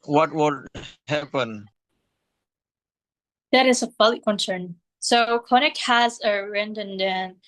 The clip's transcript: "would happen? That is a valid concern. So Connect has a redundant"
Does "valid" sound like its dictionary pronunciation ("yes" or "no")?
no